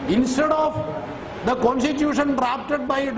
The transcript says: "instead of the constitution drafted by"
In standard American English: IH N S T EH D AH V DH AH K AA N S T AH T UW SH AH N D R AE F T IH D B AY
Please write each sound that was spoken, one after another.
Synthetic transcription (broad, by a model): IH N S T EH D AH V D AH K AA N S T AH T UW SH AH N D R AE P T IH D B AY